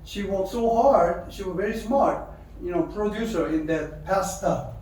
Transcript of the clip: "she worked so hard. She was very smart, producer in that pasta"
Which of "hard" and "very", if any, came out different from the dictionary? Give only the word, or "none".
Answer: none